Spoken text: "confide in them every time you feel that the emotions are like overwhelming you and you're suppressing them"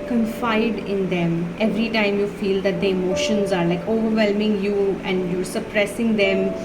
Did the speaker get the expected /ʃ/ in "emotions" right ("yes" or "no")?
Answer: yes